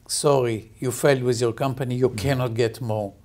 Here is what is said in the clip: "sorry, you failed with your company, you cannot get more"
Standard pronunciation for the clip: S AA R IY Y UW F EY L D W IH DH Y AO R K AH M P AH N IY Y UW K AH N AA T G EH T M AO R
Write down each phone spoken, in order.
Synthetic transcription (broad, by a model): S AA R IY Y UW F EY L D W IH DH Y AO R K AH M P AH N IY Y UW K AH N AA T G EH T M AO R